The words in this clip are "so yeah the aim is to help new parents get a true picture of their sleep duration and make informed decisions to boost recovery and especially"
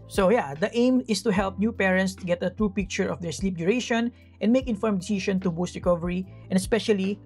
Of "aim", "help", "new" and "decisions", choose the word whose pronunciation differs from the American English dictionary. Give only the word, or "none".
decisions